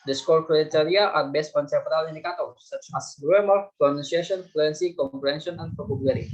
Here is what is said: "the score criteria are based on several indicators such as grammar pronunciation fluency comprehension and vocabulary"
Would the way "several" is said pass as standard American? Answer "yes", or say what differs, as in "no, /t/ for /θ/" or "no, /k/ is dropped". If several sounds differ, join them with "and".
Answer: no, /p/ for /v/